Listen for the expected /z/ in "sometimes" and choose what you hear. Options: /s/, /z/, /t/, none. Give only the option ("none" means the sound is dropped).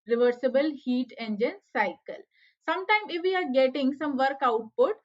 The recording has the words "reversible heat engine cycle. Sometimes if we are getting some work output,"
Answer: none